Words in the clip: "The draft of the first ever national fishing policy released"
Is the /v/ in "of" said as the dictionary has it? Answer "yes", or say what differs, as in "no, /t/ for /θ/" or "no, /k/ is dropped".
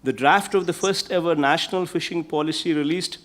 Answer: yes